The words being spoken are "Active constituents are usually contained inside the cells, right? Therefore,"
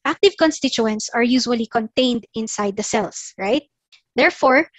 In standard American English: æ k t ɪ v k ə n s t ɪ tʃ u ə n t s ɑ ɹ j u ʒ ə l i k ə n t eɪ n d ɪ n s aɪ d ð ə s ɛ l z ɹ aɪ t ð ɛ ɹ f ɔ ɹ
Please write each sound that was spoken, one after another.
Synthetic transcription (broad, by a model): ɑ k t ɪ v k ə n s t ɪ tʃ u ə n t s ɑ ɹ j u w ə l i k ə n t eɪ n d ɪ n s aɪ d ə s ɛ l s ɹ aɪ t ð ɛ ɹ f ɔ ɹ